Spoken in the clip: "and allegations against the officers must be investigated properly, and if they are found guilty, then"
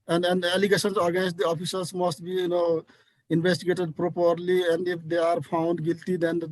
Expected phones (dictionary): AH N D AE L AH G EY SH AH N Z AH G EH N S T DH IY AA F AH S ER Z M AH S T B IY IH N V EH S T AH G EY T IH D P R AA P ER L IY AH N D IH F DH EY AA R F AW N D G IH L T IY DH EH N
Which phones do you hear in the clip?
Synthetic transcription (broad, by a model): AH N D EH L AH G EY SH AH N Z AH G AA S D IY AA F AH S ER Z M AH S T B IY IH N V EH S T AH G EY T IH D P R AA P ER L IY AH N D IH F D EY AA R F AW N D G IH L T IY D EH N